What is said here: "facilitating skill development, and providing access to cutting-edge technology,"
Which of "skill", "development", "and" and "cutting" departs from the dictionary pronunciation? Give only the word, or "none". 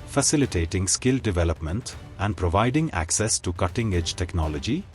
none